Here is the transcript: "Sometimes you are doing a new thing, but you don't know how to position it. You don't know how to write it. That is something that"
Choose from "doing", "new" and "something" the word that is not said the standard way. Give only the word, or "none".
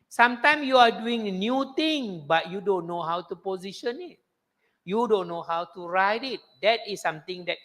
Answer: something